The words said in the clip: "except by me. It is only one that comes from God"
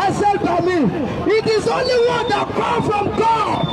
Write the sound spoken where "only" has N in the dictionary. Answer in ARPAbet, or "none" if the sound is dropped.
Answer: N